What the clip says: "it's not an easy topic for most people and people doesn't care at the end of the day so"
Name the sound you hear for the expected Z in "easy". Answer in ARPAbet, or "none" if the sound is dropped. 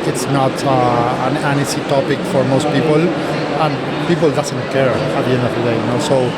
S